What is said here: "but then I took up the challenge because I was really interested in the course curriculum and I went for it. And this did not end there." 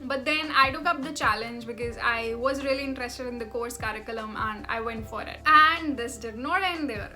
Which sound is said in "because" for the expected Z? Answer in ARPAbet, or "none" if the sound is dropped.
Z